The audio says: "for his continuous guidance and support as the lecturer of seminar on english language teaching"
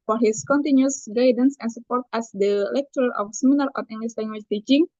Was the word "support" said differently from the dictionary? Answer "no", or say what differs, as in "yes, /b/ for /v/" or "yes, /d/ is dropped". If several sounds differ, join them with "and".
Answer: no